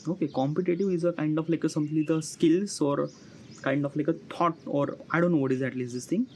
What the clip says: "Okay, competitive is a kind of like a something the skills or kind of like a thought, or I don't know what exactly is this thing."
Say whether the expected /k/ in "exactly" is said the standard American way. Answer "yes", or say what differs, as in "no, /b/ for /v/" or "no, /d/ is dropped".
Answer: no, /k/ is dropped